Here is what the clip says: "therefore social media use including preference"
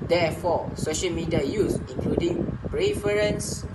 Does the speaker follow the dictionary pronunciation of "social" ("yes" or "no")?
yes